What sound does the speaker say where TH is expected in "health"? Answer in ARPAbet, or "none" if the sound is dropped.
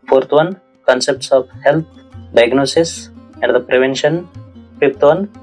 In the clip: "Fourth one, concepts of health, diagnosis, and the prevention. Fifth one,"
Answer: T